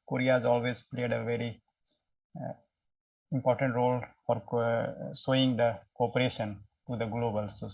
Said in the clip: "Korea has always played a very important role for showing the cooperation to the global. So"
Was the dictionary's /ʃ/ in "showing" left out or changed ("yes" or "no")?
yes